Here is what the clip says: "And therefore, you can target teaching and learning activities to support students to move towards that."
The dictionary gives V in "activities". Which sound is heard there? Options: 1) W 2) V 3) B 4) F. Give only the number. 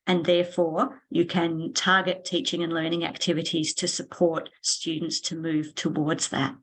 2